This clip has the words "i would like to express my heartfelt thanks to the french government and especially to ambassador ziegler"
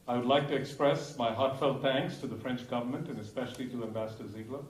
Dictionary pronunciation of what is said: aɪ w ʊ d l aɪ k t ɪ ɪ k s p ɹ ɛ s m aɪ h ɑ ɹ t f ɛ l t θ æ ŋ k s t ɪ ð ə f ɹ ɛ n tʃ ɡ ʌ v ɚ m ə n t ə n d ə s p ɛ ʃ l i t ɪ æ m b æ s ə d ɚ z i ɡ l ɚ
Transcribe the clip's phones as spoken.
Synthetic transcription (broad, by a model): aɪ w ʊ d l aɪ k t ɪ ɪ k s p ɹ ɛ s m aɪ h ɑ ɹ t f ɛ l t θ æ ŋ k s t ɪ ð ə f ɹ ɛ n tʃ ɡ ʌ v ɚ m ə n t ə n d ə s p ɛ ʃ l i t ɪ æ m b æ s ə d ɚ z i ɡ l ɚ